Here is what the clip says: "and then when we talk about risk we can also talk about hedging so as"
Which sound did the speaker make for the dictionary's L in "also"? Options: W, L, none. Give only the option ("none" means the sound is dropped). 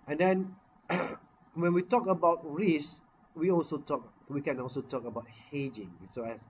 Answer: L